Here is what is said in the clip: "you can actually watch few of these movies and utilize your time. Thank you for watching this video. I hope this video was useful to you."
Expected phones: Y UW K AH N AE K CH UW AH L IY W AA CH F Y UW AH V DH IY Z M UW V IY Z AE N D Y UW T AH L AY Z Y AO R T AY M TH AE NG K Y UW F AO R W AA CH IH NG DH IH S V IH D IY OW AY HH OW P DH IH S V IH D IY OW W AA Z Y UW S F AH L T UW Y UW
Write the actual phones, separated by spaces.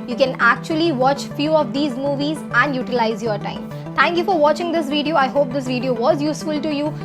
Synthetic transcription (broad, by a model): Y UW K AH N AE K CH UW AH L IY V AA CH F Y UW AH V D IY Z M UW V IY Z AE N D Y UW T AH L AY Z Y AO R T AY M T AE NG K Y UW F AO R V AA CH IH NG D IH S V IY D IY OW AY HH OW P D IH S V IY D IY OW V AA Z Y UW S F AH L T UW Y UW